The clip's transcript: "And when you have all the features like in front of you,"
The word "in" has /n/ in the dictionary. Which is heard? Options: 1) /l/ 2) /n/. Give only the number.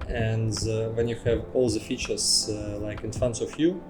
2